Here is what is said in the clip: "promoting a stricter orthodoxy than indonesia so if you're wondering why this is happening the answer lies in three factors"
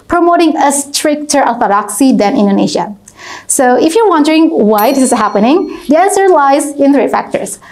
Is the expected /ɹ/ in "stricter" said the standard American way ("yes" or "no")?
yes